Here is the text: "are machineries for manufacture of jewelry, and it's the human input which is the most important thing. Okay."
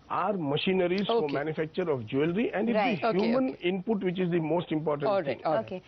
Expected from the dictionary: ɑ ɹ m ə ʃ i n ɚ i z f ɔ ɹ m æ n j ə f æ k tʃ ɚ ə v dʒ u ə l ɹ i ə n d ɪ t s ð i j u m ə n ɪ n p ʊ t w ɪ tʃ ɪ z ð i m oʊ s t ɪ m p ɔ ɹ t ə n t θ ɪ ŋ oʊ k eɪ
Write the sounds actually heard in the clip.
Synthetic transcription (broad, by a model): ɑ ɹ m ə ʃ i n ɚ i z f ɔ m m æ n j ə f æ k tʃ ɚ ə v dʒ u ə l ɹ i ə n d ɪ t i j u m ə n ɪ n p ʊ t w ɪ tʃ ɪ z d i m oʊ s t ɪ m p ɔ ɹ t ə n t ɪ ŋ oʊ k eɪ